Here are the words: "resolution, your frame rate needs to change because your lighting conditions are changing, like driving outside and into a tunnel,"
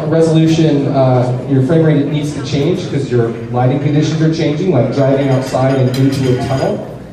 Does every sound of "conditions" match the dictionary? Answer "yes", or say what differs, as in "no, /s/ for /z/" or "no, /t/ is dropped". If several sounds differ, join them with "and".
yes